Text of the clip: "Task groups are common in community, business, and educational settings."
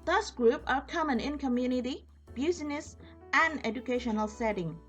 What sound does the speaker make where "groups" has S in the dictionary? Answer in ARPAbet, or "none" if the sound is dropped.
none